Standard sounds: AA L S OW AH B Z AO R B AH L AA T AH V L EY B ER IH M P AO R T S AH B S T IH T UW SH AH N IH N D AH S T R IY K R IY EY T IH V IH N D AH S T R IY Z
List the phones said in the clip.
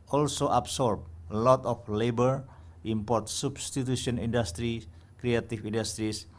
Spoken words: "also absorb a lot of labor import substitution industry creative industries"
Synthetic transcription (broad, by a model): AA L S OW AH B S AO R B L AA T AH F L EY B ER IH M P AO R T S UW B S T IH T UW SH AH N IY N D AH S T R IY K R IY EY T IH F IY N D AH S T R IY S